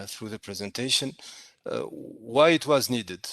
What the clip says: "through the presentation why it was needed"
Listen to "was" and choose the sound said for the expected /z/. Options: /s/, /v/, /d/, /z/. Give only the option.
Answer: /z/